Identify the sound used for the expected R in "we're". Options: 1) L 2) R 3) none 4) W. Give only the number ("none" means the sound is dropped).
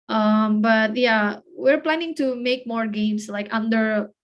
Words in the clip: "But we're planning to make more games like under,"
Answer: 2